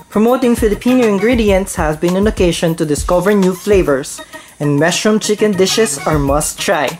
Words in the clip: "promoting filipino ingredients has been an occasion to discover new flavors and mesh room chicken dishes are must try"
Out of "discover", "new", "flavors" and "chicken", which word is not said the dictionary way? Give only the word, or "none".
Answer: flavors